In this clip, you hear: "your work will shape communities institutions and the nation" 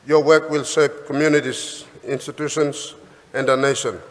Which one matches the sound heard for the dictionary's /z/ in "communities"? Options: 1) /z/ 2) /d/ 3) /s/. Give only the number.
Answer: 3